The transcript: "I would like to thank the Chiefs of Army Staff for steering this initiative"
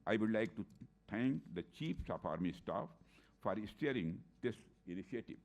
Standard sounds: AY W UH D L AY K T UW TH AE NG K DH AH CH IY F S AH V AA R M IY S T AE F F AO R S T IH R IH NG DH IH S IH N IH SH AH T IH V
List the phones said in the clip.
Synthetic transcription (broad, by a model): AY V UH D L AY K T UW T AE NG K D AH CH IY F S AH P AA R M IY S T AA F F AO R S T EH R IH NG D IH S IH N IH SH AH T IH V